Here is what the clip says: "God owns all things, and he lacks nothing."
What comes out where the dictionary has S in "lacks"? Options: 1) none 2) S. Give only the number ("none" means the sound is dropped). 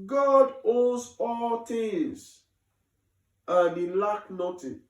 1